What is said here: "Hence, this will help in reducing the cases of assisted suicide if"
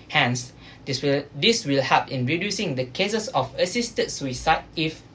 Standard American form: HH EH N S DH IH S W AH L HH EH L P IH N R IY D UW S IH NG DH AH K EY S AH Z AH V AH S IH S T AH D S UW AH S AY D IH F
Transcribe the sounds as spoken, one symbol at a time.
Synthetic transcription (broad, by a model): HH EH N S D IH S W AH L HH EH P IH N R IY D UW S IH NG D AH K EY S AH S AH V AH S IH S T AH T S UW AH S AY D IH F